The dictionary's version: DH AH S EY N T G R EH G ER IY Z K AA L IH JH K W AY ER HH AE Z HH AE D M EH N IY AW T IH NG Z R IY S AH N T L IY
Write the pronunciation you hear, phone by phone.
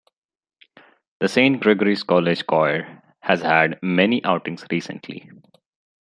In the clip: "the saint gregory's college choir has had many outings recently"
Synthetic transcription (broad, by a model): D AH S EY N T G R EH G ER IY S K AA L IH JH K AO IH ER HH AE Z HH AE D M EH N IY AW T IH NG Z R IY S AH N T L IY